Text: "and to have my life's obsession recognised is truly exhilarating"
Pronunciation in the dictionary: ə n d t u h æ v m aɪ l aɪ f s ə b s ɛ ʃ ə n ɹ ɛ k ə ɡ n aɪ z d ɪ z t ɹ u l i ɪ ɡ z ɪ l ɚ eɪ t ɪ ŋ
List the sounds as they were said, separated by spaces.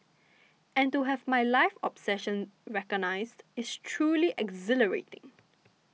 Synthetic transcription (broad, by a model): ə n t u h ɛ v m aɪ l aɪ f ə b s ɛ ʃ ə n ɹ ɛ k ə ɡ n aɪ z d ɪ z t ɹ u l i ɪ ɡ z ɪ l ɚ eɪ t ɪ ŋ